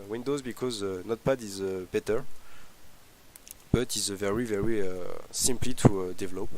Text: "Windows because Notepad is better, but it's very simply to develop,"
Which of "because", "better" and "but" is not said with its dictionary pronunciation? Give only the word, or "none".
none